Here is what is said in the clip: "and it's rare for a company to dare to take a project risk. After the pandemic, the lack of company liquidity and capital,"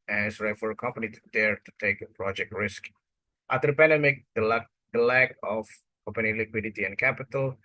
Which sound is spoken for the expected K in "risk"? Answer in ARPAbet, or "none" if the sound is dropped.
K